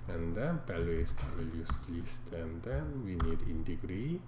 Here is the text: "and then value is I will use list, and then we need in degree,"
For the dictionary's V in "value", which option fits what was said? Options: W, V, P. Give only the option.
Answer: P